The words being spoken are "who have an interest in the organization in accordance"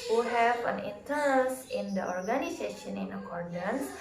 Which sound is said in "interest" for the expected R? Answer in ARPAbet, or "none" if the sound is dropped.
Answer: none